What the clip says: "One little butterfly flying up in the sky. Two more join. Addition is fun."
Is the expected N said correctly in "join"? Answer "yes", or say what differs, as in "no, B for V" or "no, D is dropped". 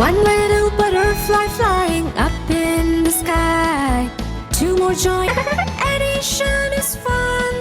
no, N is dropped